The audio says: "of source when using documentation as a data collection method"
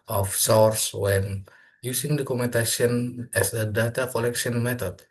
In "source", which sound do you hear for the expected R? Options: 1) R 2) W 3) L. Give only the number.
1